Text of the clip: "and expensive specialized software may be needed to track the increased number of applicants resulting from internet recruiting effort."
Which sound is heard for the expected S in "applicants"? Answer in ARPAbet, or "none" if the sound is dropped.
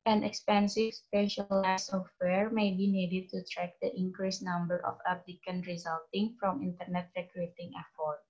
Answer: none